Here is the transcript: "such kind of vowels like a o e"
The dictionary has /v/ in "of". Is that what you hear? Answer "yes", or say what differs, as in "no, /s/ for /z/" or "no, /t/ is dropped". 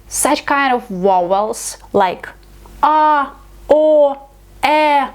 yes